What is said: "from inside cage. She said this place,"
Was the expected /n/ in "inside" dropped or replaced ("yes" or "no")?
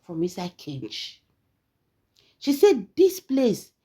yes